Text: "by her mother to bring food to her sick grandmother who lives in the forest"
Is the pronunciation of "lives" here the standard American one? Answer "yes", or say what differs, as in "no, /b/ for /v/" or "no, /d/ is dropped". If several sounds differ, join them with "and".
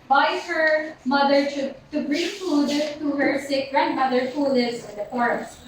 no, /v/ is dropped